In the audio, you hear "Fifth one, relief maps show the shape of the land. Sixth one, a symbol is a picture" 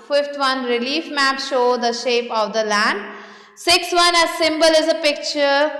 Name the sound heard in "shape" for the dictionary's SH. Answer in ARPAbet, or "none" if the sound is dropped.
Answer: SH